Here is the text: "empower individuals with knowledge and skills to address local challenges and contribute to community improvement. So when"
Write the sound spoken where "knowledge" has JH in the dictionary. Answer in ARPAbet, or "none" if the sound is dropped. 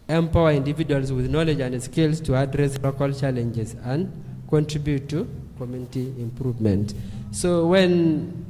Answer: JH